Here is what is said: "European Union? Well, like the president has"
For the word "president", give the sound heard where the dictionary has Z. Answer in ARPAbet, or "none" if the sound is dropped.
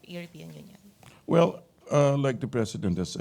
S